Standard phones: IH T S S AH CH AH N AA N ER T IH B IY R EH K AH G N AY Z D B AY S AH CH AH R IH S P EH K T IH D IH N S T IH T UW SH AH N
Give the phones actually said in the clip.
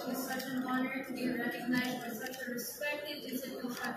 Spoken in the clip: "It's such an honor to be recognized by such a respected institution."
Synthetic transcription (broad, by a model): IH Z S S AH CH AH N AA N ER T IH B IY R EH K AH G N AY Z D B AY S AH CH AH R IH S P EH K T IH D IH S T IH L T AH